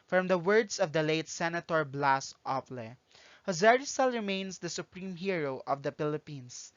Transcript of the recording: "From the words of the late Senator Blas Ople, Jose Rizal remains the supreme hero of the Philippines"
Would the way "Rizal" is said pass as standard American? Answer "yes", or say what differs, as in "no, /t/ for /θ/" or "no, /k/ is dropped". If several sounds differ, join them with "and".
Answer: no, /s/ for /z/